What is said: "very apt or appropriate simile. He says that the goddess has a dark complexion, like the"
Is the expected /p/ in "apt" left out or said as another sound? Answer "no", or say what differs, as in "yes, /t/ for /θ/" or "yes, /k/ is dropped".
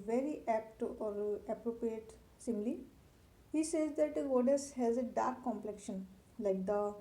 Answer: no